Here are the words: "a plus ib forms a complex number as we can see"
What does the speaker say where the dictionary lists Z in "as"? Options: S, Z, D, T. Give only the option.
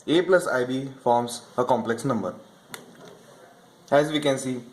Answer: Z